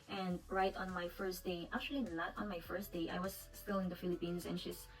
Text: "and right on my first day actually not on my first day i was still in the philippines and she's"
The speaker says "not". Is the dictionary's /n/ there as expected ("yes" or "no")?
no